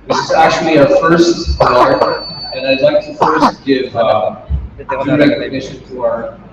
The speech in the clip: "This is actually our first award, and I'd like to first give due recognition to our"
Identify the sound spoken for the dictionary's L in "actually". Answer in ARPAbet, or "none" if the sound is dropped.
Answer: L